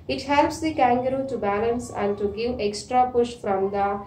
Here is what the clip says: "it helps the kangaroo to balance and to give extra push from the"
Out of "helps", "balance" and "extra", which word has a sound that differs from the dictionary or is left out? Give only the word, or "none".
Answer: none